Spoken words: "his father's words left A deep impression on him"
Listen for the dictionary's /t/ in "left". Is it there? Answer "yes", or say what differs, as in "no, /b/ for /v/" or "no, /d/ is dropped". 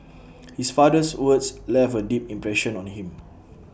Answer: no, /t/ is dropped